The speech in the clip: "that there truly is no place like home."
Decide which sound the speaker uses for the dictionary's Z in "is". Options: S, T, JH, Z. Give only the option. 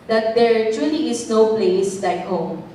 S